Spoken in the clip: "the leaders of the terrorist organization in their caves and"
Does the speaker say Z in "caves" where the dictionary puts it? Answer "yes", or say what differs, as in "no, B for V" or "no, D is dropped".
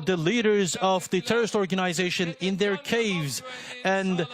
yes